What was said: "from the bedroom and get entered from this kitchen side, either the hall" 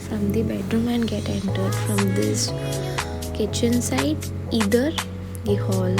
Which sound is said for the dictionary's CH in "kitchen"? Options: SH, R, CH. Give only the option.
CH